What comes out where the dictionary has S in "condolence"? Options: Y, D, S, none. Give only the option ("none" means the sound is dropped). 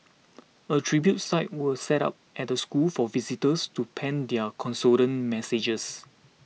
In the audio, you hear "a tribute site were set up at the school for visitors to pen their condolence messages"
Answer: none